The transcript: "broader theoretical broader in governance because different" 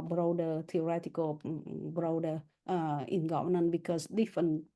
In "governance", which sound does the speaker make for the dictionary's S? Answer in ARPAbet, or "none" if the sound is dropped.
none